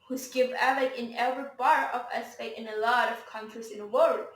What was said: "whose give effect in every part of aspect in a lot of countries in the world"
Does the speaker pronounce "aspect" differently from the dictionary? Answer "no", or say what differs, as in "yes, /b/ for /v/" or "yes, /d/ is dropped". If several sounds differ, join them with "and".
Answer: yes, /k/ is dropped